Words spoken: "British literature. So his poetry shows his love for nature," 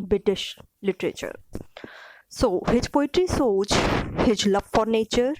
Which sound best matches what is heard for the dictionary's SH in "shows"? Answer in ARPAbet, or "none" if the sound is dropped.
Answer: S